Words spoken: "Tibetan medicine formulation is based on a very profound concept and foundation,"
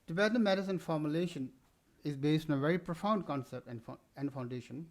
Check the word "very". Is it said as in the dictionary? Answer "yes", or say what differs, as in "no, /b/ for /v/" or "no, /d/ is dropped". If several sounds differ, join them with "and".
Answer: yes